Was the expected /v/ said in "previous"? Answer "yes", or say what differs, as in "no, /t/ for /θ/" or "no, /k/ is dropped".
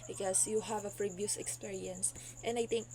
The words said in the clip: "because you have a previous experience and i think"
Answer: no, /b/ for /v/